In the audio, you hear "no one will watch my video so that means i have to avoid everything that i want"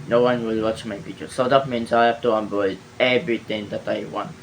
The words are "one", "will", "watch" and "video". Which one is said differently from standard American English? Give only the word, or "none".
video